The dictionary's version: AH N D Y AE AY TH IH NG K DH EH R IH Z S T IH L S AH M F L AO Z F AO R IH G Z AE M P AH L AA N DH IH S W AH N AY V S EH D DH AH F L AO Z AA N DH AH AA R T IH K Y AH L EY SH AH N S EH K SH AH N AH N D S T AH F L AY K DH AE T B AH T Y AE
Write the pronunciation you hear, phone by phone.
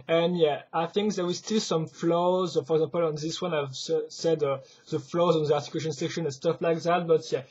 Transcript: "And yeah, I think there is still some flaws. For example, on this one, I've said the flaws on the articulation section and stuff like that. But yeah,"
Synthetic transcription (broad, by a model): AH N Y AE AY TH IH NG K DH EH W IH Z S T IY L S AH M F L AO Z F AO R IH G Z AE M P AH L AA N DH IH S W AH N AY V S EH D DH AH F L AO Z AA N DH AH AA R T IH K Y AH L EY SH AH N S EH K SH AH N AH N S T AH F L AY K DH AE T B AH T Y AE